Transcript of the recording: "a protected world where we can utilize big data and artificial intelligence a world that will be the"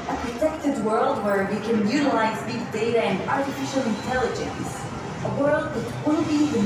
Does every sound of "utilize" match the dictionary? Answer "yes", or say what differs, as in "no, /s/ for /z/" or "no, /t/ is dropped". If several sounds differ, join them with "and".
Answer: yes